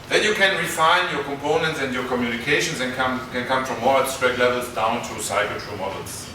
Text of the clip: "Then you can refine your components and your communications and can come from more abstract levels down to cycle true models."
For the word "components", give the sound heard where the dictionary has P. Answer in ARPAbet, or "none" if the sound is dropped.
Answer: P